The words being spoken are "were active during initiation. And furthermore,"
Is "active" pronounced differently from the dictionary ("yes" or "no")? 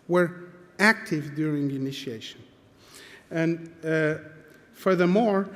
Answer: no